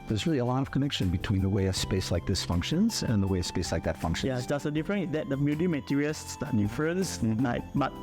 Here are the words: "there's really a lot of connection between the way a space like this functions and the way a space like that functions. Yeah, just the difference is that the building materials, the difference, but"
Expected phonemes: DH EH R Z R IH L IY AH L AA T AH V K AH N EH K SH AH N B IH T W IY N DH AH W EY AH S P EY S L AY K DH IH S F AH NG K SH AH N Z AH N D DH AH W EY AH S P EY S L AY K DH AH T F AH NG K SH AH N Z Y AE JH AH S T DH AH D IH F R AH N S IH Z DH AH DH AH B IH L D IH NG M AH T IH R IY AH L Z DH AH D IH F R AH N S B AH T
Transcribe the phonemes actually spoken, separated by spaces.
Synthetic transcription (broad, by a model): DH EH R Z R IH L IY AH L AA T AH V K AH N EH K SH AH N B IH T W IY N DH AH W EY AH S P EY S L AY K DH IH S F AH NG K SH AH N Z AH N DH AH W EY AH S P EY S L AY K DH AH T F AH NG K SH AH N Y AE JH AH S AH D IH F R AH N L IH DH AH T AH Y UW D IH M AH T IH R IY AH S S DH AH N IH F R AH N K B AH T